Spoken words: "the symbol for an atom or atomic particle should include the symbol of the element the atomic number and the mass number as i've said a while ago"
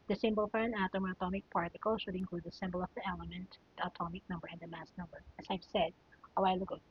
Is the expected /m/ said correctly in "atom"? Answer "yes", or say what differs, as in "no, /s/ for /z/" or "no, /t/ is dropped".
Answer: yes